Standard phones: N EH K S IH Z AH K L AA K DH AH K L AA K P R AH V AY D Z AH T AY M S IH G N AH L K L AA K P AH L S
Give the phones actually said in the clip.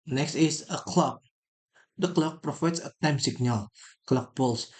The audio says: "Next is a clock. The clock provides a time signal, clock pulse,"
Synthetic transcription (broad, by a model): N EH K S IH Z AH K L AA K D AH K L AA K P R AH F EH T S AH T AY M S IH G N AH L K L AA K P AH L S